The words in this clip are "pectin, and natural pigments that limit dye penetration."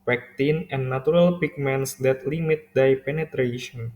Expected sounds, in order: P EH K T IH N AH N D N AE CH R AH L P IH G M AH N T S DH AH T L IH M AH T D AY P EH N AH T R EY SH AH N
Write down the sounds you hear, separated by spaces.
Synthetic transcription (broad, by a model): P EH K T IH N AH N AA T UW R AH L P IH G M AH N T S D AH T L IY M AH T D AY P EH N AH T R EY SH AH N